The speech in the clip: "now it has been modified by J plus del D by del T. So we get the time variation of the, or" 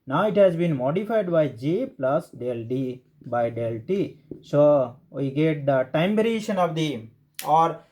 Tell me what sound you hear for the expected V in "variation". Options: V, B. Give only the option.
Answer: B